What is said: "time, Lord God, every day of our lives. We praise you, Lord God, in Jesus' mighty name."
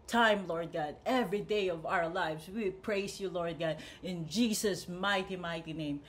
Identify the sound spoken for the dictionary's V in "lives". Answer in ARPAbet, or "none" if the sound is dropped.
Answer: V